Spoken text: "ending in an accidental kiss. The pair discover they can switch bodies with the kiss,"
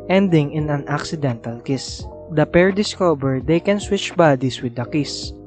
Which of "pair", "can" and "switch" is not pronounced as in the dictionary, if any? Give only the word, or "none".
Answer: none